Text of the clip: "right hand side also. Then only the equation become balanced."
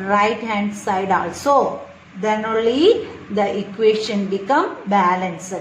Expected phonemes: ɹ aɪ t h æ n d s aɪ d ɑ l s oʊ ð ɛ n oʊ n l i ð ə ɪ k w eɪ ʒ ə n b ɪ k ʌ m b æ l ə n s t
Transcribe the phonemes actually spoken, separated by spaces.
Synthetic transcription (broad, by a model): ɹ aɪ t h æ n d s aɪ d ɑ l s oʊ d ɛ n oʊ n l i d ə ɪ k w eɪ ʃ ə n b ɪ k ʌ m b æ l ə n s